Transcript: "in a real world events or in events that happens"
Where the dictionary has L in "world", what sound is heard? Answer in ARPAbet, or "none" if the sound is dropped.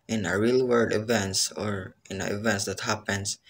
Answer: none